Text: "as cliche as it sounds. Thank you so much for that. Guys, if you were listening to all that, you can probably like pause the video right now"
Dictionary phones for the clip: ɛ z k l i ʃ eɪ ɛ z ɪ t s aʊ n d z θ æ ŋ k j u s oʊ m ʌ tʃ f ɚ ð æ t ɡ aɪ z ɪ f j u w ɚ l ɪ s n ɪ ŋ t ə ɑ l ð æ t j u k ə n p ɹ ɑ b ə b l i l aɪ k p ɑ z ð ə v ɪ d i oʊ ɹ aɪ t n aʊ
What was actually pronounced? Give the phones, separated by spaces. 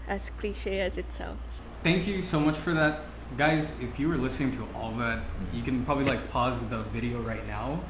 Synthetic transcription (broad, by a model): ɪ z k l i ʃ eɪ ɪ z ɪ t s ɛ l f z θ æ ŋ k j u s oʊ m ʌ tʃ f ɚ ð æ t ɡ aɪ z ɪ f j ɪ w ɚ l ɪ s n ɪ ŋ t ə ɑ l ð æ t j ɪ k ə n p ɹ ɑ b ə b l i l aɪ k p ɑ z ð ə v ɪ d i oʊ ɹ aɪ t n aʊ